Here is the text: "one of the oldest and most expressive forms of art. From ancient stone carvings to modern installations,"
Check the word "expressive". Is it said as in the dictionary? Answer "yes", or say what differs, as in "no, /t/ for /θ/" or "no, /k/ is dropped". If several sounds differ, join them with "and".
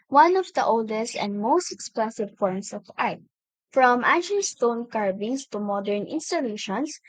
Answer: no, /l/ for /ɹ/